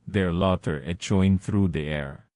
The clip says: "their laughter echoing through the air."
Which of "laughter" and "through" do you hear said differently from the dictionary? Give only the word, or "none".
laughter